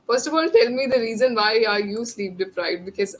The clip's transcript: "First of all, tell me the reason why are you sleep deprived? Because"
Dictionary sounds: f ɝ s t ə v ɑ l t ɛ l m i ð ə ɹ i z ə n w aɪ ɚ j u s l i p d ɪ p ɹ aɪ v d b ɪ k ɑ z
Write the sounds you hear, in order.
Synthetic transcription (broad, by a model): f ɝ s t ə f ɑ l t ɛ l m i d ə ɹ i z ə n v aɪ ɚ j u s l i p d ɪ p ɹ aɪ d b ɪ k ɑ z